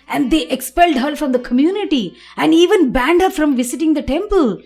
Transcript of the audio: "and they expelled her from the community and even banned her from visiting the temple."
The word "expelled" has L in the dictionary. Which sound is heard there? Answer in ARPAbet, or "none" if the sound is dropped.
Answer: L